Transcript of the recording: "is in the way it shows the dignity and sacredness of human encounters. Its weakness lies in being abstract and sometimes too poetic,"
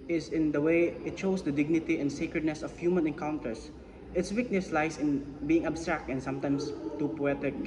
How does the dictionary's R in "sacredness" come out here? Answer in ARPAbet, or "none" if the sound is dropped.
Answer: R